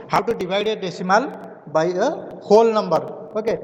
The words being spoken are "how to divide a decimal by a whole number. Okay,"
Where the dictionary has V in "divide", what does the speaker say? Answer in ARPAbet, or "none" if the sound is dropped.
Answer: B